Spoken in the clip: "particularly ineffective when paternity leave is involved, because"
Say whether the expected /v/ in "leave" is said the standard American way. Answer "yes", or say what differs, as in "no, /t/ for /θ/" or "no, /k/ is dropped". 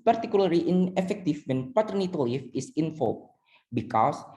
no, /f/ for /v/